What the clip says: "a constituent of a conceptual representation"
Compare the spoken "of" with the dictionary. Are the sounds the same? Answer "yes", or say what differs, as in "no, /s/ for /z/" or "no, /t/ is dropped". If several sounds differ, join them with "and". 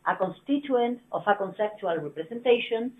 no, /f/ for /v/